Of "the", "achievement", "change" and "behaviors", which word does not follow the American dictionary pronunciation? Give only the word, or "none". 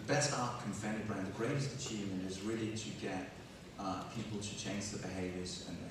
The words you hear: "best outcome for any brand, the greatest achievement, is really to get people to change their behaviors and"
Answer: achievement